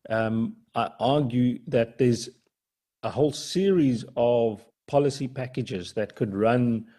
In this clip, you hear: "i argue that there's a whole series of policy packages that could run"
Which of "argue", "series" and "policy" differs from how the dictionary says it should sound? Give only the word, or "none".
none